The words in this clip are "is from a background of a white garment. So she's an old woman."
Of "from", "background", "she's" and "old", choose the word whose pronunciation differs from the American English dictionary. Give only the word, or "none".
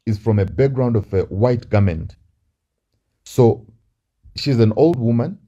none